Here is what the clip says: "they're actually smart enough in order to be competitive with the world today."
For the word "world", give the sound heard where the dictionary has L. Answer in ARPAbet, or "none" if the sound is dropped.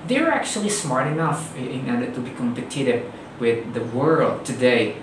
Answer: L